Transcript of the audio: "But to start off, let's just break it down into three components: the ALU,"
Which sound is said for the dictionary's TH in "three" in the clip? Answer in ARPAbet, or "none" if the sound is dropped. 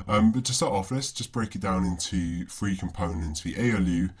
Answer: F